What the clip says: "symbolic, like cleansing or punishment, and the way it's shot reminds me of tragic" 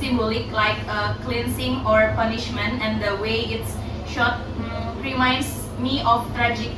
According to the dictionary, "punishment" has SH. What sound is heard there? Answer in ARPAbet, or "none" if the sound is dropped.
SH